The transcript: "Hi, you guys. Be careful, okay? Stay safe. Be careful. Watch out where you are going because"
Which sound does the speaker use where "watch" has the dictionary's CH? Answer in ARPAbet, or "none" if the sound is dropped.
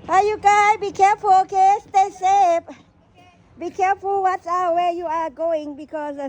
S